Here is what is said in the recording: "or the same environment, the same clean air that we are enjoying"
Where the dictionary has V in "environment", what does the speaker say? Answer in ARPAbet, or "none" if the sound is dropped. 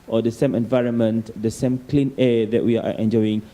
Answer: V